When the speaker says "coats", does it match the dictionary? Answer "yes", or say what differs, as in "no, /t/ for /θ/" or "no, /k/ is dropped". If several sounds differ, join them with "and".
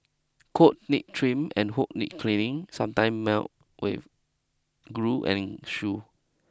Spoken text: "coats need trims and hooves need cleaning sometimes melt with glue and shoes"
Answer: no, /s/ is dropped